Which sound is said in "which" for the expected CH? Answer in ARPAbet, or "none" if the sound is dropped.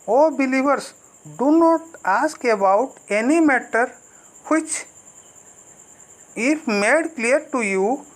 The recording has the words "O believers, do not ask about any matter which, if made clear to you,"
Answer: CH